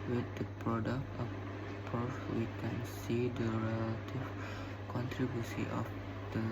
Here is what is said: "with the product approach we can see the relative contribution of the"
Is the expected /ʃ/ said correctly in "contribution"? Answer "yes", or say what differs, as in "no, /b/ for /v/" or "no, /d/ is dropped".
no, /s/ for /ʃ/